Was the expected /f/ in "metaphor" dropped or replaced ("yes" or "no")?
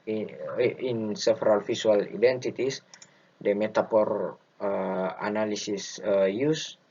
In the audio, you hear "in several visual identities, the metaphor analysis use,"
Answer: yes